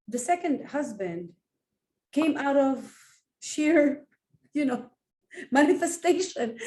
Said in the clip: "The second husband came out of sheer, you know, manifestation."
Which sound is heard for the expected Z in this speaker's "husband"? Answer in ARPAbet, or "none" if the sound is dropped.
Z